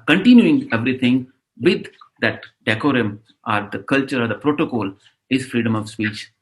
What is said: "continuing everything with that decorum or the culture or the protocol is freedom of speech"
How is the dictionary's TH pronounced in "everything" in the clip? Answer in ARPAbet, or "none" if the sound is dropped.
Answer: T